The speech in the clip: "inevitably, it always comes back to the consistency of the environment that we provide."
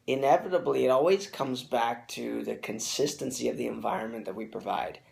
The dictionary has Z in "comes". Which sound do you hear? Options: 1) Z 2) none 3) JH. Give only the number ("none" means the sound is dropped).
1